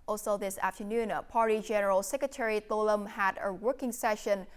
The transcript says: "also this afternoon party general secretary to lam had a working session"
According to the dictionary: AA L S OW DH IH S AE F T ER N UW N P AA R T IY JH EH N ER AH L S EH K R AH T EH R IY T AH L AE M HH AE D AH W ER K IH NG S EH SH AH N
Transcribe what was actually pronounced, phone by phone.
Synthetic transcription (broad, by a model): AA L S OW DH IH S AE F T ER N UW N P AA R T IY JH EH N ER AH L S EH K R AH T EH R IY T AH L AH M HH AE D AH W ER K IH NG S EH SH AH N